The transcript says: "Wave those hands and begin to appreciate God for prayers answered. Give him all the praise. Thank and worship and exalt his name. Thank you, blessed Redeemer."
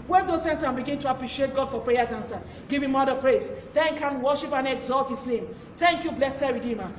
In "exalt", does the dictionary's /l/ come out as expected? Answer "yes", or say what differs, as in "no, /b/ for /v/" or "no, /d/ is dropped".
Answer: yes